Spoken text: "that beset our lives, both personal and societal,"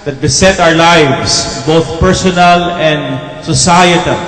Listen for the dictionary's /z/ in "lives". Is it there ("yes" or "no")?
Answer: no